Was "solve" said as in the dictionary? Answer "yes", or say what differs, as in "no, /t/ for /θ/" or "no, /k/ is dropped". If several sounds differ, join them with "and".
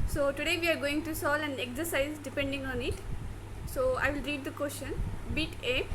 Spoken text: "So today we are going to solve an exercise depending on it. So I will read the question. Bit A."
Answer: no, /v/ is dropped